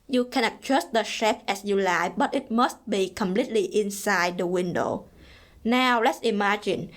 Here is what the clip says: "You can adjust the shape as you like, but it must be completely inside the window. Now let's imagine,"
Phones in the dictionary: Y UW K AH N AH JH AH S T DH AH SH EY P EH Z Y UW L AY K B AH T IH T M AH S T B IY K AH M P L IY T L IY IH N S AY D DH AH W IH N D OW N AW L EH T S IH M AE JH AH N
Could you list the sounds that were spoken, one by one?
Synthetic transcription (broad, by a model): Y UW K AH N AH CH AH S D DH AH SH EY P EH S Y UW L AY B AH T IH T M AH S T B IY K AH M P L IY T L IY IH N S AY D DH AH W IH N D OW N AW L EH T S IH M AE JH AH N